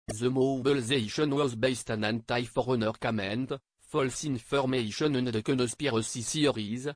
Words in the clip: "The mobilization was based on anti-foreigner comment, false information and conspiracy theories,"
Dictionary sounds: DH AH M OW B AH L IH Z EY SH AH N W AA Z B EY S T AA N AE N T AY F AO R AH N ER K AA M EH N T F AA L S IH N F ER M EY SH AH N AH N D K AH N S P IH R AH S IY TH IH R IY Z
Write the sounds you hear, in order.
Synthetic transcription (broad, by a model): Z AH M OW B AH L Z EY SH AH N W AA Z B EY S T AA N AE N T AY F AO R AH N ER K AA M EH N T F AA L S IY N F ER M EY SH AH N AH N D K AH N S P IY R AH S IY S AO R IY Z